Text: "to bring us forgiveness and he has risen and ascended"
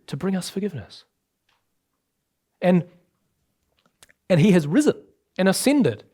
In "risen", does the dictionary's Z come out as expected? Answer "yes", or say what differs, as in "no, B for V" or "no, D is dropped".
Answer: yes